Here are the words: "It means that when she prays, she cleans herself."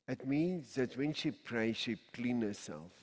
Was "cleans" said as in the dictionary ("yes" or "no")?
no